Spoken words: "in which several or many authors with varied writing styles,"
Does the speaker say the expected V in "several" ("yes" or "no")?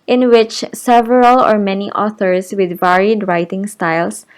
yes